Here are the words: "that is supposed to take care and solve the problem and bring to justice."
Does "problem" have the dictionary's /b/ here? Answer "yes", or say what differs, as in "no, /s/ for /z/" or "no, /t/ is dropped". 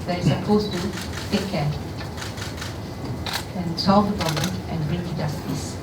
no, /b/ is dropped